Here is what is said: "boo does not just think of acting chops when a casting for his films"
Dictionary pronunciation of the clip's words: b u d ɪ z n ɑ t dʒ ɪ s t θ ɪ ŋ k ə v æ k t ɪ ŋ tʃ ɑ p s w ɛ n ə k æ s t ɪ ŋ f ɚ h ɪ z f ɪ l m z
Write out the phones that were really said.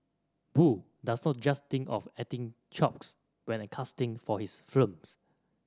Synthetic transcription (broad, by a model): b u d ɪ s n ɑ t dʒ ɪ s t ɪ ŋ k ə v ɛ t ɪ ŋ tʃ ɑ p s w ɛ n ə k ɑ s t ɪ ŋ f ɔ h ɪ s f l m s